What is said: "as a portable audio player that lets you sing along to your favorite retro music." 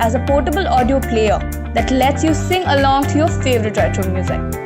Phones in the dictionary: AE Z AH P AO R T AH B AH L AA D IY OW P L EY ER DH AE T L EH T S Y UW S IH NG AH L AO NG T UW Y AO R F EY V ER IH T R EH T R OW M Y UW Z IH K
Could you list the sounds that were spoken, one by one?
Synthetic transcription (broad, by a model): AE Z AH P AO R T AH B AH L AA D IY OW P L EY ER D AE T L EH T S Y UW S IH NG AH L AO NG T UW Y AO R F EY V ER IH T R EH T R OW M Y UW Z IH K